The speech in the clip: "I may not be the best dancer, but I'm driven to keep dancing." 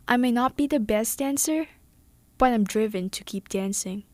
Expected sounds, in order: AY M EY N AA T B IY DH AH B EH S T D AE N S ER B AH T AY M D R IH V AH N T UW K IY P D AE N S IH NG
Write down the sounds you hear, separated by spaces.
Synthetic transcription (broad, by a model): AY M EY N AA T B IY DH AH B EH S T D AE N S ER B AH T AY M D R IH V AH N T UW K IY P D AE N S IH NG